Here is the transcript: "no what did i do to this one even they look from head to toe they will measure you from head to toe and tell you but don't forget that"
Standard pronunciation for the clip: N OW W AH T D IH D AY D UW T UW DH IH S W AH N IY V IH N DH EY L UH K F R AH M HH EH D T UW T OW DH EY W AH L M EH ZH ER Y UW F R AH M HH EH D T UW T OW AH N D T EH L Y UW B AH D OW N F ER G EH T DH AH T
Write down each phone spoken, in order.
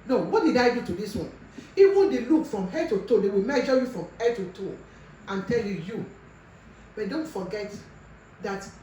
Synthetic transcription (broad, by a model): N OW W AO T D IH D AY D UW T UW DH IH S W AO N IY W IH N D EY L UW K F R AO M HH EH D T UW T OW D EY W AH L M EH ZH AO Y UW F R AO M HH EH D T UW T OW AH N T EH L Y UW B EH D OW N F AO G EH T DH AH T